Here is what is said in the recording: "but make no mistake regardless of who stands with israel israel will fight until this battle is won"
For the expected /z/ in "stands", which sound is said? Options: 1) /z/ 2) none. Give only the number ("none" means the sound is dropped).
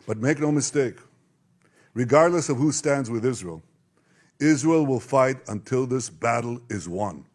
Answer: 1